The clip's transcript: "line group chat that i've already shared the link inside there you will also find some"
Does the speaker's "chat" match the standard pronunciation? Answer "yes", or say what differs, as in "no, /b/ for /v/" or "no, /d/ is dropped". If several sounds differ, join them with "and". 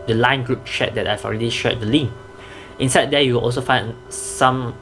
no, /ʃ/ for /tʃ/